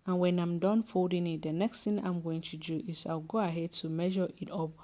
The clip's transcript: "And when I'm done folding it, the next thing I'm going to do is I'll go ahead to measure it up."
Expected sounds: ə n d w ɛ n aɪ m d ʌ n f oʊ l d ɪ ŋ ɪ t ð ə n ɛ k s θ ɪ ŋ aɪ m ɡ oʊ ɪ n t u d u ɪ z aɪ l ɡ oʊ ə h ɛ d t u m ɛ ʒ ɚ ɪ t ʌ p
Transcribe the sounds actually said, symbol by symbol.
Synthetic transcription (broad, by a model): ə n w ɛ n aɪ m d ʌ n f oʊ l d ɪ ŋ ɪ t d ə n ɛ k s t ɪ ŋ aɪ m ɡ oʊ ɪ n t u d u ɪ s aɪ w ɡ oʊ ə h ɛ d t u m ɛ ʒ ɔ ɪ t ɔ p